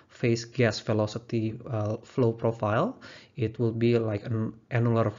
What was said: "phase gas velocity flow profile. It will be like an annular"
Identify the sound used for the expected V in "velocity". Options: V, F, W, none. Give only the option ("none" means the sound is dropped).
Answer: F